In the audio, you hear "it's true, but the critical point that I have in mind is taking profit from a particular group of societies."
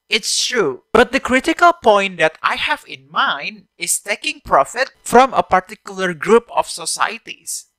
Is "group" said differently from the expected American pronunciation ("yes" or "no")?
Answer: no